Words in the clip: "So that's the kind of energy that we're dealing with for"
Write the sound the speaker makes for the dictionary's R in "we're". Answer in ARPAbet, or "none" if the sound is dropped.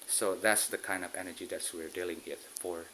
R